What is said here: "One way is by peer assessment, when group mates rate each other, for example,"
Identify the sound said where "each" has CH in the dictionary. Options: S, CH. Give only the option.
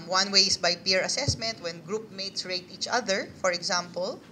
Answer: CH